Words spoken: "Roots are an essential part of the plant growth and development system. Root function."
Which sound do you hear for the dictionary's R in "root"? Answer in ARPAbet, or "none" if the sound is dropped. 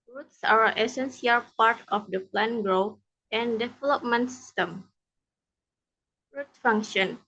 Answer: R